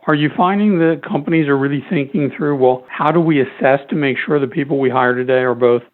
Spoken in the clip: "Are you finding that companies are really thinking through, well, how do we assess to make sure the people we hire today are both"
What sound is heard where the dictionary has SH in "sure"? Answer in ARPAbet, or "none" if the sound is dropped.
SH